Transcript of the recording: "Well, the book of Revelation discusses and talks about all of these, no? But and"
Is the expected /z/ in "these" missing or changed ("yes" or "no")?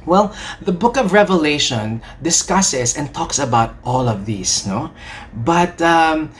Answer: yes